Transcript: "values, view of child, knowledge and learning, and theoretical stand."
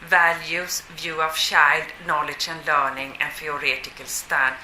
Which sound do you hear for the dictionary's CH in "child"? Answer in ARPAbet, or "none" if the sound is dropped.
SH